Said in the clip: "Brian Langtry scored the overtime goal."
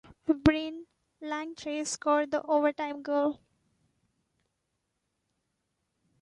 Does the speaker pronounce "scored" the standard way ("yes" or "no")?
no